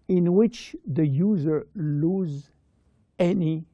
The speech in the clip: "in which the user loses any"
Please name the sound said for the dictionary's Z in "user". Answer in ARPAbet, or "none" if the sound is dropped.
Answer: Z